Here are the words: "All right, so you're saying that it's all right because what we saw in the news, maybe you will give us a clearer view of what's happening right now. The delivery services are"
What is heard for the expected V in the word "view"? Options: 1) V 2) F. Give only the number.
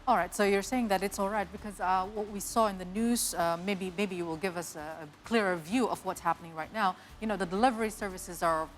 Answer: 1